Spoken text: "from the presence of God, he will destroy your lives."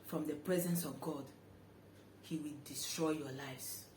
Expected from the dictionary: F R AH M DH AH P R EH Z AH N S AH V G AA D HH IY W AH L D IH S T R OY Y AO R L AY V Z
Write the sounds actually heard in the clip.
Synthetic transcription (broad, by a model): F R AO M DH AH P R EH Z AH N S AH V G AA D HH IY W AH L D IH S T R OY Y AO L AY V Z